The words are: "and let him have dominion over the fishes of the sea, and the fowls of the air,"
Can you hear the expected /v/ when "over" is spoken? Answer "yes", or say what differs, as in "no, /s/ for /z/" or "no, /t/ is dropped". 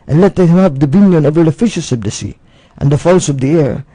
yes